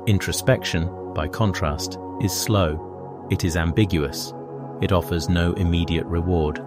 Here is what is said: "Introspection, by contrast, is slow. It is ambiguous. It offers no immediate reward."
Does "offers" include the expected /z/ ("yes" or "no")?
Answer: yes